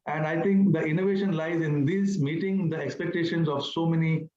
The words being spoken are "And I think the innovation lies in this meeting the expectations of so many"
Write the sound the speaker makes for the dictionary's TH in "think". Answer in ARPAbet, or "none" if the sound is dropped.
T